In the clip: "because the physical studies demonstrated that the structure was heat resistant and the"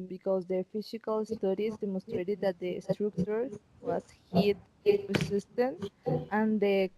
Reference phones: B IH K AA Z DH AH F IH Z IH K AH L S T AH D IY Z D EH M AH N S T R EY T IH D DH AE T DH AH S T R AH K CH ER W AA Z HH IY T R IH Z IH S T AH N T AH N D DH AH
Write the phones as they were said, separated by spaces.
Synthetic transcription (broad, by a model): B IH K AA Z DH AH F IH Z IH K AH L S T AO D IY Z D EH M AH N S T R EY T IH D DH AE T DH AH S T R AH K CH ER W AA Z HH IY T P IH S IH S T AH N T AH N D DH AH